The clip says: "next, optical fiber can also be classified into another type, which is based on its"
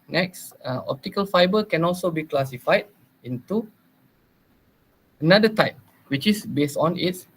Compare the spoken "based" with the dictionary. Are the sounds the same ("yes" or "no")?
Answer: yes